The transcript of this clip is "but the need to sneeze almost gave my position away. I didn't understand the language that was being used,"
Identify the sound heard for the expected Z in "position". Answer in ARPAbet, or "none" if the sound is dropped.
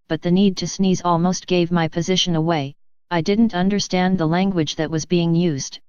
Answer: Z